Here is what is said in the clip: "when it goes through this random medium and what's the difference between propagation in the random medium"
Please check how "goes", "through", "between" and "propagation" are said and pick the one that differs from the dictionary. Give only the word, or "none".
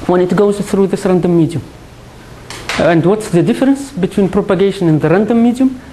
none